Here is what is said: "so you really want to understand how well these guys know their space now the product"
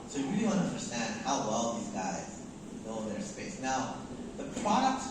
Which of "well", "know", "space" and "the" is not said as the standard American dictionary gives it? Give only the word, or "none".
know